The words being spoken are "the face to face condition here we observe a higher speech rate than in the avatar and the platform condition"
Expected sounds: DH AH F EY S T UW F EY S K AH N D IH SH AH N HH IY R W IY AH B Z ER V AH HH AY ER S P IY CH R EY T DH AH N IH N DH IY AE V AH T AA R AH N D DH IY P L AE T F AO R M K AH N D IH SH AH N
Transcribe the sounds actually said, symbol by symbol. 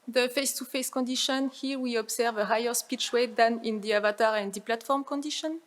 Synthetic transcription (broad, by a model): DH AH F EY S T UW F EY S K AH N D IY SH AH N HH IY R W IY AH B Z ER V AH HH AY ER S P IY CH W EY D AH N IH N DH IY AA V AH T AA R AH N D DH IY P L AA T F AO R M K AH N D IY SH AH N